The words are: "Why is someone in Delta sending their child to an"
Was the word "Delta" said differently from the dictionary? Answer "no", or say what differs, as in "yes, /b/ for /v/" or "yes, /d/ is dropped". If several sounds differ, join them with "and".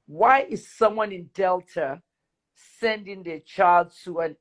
no